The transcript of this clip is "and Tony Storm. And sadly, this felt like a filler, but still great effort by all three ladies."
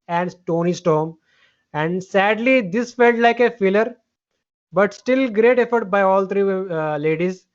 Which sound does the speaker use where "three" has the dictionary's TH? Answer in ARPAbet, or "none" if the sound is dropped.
T